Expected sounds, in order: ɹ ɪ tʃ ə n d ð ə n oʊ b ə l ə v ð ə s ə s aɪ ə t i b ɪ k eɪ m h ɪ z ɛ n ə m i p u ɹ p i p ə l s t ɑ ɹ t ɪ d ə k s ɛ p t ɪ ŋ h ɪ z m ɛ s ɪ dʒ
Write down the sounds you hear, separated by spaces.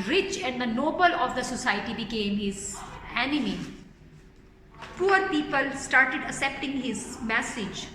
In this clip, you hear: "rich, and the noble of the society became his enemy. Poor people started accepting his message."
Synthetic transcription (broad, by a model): ɹ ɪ tʃ ə n d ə n oʊ b ə l ə v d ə s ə s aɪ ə t i b ɪ k eɪ m h ɪ z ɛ n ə m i p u ɹ p i p ə l s t ɑ ɹ t ɪ d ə s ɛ p t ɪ ŋ h ɪ z m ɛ s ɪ dʒ